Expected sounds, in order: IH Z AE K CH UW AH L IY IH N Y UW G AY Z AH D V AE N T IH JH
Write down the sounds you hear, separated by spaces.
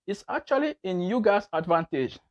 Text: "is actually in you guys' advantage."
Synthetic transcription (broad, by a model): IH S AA K CH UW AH L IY IH N Y UW G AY S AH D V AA N T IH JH